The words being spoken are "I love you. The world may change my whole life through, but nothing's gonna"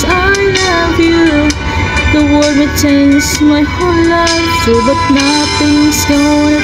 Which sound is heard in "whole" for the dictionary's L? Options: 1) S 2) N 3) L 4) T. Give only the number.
2